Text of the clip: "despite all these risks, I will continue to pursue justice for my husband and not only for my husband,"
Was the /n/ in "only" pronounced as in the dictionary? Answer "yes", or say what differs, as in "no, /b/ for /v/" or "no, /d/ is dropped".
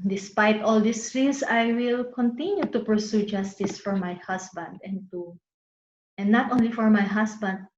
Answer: yes